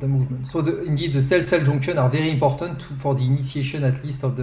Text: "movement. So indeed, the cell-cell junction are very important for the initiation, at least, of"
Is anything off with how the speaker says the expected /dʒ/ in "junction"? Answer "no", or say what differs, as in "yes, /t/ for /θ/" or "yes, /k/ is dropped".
yes, /ʒ/ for /dʒ/